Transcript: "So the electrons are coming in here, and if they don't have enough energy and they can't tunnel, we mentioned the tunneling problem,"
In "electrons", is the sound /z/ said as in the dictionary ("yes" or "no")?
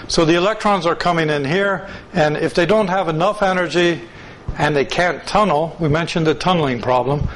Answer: yes